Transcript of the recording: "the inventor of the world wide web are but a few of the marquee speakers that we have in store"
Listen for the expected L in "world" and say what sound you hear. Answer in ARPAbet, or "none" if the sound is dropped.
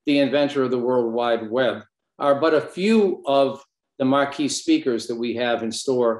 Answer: L